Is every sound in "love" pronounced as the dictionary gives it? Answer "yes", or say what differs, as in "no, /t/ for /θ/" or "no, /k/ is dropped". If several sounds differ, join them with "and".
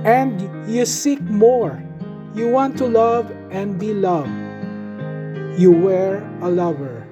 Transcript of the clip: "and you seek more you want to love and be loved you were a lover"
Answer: yes